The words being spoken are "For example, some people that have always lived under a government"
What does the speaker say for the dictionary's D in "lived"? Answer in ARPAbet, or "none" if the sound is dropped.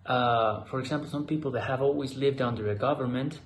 D